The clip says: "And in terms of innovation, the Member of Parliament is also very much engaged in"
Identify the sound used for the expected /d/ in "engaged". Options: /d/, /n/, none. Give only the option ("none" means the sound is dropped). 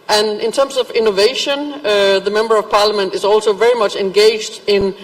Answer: /d/